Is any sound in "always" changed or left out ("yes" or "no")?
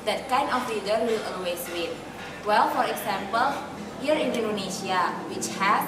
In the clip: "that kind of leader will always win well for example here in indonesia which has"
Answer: yes